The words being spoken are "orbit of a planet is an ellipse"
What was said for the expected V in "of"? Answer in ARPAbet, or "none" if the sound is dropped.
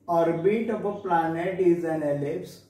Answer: P